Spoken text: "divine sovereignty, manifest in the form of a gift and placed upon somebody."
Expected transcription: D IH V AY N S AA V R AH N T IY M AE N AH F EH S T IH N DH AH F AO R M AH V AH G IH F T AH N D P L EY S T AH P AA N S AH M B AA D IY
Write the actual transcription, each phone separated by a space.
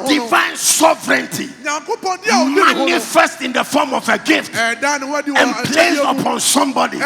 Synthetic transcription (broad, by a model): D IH V AY N S AA V R AH N T IY M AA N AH F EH S T IH N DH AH F AO M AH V AH G IH F T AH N P L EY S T AH P AA N S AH M B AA D IY